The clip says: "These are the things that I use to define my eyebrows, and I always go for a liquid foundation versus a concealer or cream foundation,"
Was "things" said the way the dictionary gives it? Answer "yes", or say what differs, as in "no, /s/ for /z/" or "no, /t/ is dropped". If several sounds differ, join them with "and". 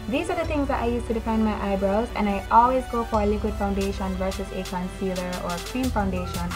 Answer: no, /t/ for /θ/